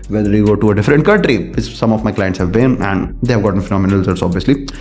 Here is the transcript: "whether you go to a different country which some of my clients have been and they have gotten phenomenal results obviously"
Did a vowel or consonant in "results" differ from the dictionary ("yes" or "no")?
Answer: yes